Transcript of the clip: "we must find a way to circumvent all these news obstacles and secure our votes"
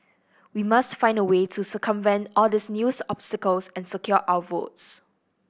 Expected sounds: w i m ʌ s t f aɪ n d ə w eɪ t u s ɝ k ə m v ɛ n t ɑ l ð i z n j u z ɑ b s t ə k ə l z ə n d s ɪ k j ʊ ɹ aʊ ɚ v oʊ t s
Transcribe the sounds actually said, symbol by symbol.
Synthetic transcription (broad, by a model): w i m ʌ s t f aɪ n d ə w eɪ t u s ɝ k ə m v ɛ n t ɑ l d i s n j u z ɑ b s t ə k ə l s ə n s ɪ k j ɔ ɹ aʊ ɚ v oʊ t s